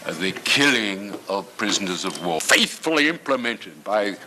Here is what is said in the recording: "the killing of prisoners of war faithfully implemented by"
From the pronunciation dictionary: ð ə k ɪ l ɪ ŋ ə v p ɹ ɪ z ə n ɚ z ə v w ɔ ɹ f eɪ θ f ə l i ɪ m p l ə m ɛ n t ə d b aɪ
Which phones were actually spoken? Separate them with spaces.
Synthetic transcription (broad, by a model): ð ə k ɪ l ɪ ŋ ə v p ɹ ɪ z ə n ɚ z ə v w ɔ f eɪ θ f ə l i ɪ m p l ə m ɛ n t ə d b aɪ